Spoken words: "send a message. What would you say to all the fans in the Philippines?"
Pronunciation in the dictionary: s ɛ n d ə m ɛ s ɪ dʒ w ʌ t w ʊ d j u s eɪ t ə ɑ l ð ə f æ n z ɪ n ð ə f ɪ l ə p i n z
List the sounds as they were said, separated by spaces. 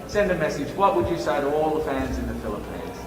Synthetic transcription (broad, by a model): s ɛ n d ə m ɛ s ɪ dʒ w ʌ t w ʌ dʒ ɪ s eɪ t ə ɑ l ð ə f æ n z ɪ n ð ə f ɪ l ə p i n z